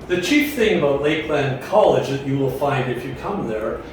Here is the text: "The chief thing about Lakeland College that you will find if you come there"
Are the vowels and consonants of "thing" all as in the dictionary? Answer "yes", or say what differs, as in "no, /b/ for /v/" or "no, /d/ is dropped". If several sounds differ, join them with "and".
yes